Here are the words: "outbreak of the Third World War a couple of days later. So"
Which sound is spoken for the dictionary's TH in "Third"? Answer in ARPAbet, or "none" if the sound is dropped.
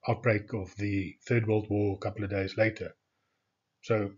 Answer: TH